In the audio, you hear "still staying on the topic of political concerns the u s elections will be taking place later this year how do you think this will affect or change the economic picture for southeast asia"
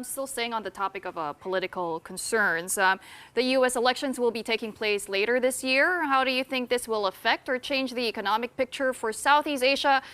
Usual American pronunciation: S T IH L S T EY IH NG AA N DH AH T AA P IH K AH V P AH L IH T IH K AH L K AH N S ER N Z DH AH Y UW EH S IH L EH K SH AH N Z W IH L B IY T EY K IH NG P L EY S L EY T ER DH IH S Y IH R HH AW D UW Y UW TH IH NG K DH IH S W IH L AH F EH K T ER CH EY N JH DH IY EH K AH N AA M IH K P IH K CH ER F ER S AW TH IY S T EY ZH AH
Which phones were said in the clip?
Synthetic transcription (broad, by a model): S T IH L S EY IH NG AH N DH AH T AA P IH K AH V P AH L IH T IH K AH L K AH N S ER N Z DH AH Y UW EH S IH L EH K SH AH N Z W IH L B IY T EY K IH NG P L EY S L EY T ER DH IH S Y IH R HH AW D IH Y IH TH IH NG K DH IH S W IH L AH F EH K T ER CH EY N JH DH IY EH K AH N AA M IH K P IH K CH ER F ER S AW TH IY S T EY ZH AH